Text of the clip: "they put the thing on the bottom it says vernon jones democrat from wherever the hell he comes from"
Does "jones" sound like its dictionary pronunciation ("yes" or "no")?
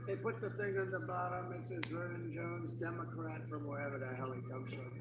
yes